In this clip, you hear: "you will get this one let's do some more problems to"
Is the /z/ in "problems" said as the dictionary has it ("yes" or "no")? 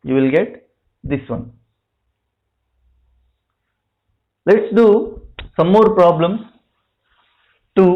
no